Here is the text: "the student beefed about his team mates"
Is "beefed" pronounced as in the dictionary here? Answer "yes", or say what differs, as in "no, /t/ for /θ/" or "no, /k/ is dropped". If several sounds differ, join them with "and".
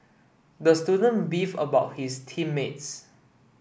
no, /t/ is dropped